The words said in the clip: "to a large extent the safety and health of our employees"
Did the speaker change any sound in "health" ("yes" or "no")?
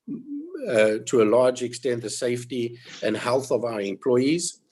no